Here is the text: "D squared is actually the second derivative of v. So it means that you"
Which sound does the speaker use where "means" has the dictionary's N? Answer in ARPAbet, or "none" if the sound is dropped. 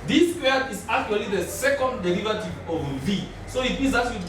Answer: none